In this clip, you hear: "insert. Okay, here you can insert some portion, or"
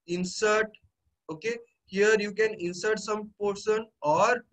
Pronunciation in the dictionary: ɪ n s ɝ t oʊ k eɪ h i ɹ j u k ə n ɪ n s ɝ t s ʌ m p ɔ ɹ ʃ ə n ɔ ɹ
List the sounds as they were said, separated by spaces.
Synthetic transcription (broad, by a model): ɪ n s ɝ t oʊ k eɪ h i ɹ j u k ə n ɪ n s ɝ t s ʌ m p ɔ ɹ s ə n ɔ ɹ